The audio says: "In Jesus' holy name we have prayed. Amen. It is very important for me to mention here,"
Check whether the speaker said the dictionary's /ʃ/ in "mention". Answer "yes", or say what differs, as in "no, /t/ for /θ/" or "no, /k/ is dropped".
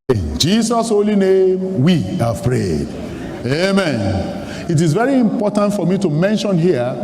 yes